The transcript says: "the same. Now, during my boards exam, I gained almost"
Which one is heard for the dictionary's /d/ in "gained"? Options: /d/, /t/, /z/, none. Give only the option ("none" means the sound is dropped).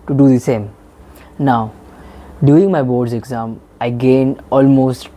none